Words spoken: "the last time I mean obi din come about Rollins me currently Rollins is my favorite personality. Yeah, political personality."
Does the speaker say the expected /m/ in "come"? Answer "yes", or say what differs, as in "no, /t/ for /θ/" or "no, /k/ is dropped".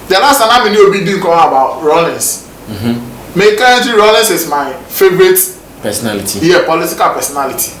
no, /m/ is dropped